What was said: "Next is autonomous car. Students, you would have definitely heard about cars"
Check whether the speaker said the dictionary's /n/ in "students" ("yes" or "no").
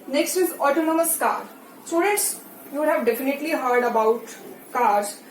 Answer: no